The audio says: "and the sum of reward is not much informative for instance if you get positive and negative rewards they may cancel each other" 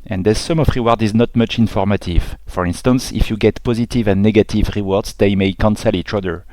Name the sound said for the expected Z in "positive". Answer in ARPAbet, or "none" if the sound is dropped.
Z